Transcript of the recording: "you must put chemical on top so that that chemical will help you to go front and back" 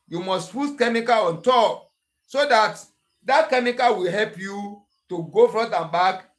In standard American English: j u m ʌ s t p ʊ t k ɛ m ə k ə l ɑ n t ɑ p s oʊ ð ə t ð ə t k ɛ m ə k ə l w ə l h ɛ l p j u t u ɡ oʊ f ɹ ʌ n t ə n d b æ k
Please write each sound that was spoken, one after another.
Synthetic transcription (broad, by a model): j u m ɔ s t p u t k ɛ m ə k ə l ɑ n t ɑ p s oʊ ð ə t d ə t k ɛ m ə k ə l w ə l h ɛ l p j u t u ɡ oʊ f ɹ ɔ t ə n b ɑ k